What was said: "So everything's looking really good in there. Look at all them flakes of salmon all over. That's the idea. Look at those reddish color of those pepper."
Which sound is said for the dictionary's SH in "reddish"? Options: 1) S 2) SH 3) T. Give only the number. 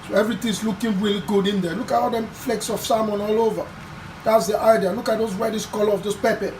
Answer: 1